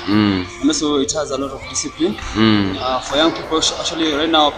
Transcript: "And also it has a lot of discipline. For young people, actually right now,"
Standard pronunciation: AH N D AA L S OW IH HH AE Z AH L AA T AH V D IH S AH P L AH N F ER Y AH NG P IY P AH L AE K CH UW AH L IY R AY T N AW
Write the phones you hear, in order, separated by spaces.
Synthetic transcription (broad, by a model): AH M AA S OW IH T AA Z AH L AA T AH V D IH S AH P L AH N F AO Y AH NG P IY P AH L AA K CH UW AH L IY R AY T N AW